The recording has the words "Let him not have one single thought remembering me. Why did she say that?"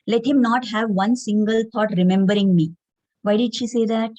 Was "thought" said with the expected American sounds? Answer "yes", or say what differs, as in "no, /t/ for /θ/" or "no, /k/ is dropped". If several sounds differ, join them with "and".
no, /t/ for /θ/